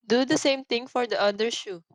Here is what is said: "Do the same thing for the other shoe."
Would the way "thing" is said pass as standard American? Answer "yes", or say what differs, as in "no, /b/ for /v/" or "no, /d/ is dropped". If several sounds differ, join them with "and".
no, /t/ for /θ/